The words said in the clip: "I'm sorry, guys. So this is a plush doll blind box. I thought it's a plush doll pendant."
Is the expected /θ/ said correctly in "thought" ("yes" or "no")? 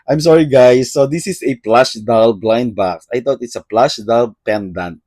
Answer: no